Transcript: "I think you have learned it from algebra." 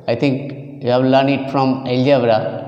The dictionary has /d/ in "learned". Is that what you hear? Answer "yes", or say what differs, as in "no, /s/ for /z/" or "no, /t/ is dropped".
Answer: no, /d/ is dropped